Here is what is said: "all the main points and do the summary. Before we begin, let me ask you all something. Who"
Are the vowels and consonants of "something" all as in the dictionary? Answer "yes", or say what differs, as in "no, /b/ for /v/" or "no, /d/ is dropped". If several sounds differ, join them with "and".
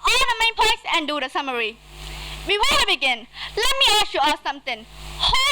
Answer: no, /t/ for /θ/